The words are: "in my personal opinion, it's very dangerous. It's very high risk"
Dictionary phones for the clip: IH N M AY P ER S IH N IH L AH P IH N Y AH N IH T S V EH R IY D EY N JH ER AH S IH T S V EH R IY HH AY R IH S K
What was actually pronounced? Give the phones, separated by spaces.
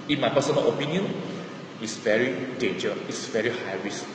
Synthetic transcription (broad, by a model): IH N M AY P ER S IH N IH L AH P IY N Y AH N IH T S V EH R IY D EY N JH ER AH IH T S V EH R IY HH AY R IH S